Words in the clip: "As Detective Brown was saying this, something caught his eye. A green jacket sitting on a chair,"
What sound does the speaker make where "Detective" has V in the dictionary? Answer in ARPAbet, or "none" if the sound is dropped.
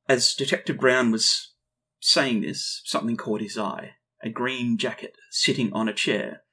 V